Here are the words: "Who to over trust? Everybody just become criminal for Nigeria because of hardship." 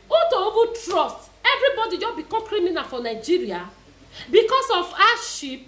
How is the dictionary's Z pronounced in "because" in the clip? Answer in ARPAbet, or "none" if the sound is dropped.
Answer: S